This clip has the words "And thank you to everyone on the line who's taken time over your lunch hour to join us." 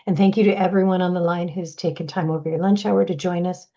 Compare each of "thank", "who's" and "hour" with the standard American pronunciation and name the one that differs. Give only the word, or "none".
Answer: none